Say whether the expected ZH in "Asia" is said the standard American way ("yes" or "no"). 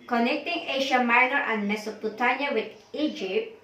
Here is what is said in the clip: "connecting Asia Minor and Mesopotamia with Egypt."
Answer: no